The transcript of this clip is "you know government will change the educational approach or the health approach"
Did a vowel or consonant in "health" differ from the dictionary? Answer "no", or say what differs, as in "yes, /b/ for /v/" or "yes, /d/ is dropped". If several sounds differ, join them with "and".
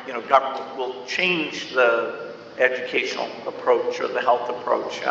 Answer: no